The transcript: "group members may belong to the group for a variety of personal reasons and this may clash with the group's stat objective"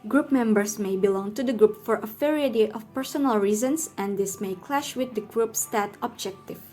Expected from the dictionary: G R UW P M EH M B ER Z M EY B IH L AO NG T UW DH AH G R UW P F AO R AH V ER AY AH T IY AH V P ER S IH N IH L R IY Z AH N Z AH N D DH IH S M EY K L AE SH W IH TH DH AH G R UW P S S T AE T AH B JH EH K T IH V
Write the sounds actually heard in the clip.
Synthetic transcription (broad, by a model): G R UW P M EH M B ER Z M EY B IH L AO NG T UW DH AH G R UW P F AO R AH F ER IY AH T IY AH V P ER S IH N IH L R IY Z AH N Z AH N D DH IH S M EY K L AE SH W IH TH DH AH G R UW P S S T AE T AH B JH EH K T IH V